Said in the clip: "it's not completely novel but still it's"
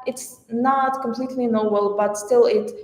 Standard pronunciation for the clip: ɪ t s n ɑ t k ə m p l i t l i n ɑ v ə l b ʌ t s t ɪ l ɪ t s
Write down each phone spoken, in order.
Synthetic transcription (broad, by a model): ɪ t s n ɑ t k ə m p l i t l i n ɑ b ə l b ʌ t s t ɪ l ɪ t